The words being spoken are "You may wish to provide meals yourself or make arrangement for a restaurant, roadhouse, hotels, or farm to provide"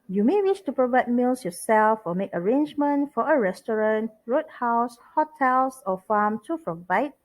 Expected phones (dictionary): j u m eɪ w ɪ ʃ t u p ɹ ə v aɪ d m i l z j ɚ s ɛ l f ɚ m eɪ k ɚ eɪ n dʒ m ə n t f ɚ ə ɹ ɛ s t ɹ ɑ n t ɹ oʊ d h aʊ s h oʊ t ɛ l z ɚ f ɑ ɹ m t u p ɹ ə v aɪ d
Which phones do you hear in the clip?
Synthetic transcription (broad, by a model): j u m eɪ w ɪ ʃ t u p ɹ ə v aɪ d m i l s j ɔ s ɛ l f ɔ m eɪ k ɚ eɪ n dʒ m ə n t f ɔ ə ɹ ɛ s t ɹ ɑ n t ɹ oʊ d h aʊ s h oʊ t ɛ l s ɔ f ɑ m t u p ɹ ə v aɪ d